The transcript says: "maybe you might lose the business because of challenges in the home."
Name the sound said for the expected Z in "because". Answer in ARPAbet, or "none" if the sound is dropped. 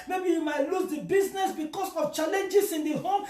S